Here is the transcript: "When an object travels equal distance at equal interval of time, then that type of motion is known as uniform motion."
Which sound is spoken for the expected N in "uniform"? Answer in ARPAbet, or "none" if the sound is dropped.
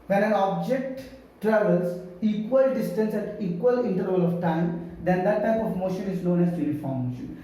L